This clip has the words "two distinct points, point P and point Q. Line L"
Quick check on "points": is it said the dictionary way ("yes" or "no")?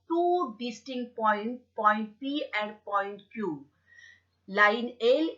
no